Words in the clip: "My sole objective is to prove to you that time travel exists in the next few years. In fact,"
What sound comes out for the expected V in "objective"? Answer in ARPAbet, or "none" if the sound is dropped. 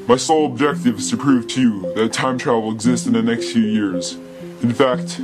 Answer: V